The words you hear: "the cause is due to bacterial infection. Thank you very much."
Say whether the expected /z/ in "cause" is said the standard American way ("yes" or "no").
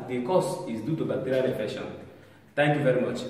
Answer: no